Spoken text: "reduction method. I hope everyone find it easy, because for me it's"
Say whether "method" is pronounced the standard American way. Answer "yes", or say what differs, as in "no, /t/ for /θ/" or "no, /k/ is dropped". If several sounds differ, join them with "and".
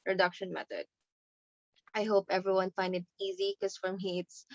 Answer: no, /t/ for /θ/